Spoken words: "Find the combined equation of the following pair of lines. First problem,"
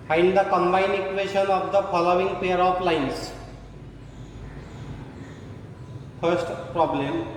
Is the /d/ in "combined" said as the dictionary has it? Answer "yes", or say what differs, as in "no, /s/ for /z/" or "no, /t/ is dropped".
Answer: no, /d/ is dropped